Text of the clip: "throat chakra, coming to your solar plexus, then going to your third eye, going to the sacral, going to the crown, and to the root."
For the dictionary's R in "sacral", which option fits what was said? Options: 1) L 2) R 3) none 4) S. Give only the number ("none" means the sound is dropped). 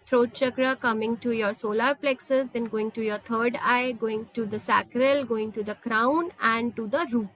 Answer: 2